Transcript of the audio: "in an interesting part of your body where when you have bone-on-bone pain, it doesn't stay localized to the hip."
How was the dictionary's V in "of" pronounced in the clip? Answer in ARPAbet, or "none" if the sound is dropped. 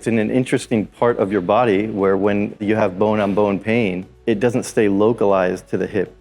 V